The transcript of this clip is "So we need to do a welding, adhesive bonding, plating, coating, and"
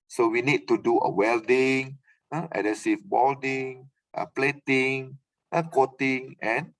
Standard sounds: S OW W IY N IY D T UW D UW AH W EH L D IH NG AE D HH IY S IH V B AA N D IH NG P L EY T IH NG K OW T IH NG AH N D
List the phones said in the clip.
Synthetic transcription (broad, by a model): S OW W IY N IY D T UW D UW AH W EH L D IH NG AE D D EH S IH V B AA L D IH NG P L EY T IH NG K OW T IH NG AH N